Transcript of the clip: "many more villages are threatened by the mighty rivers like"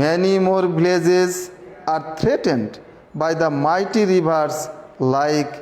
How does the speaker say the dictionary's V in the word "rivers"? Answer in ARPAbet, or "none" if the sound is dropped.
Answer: B